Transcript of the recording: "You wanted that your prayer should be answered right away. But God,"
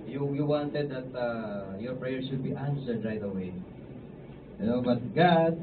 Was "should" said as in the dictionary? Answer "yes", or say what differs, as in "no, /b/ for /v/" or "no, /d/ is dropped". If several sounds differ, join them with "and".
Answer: no, /s/ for /ʃ/